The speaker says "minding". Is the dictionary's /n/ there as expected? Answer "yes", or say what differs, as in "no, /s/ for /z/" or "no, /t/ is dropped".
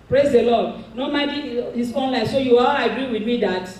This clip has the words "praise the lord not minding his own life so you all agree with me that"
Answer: no, /n/ is dropped